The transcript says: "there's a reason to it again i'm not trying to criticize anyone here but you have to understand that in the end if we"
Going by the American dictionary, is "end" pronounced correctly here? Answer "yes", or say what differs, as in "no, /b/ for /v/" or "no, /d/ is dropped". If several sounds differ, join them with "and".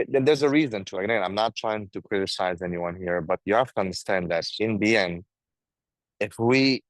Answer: no, /d/ is dropped